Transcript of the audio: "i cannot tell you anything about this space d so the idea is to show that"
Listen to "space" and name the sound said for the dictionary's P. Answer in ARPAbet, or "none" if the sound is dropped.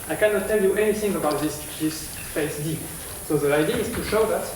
F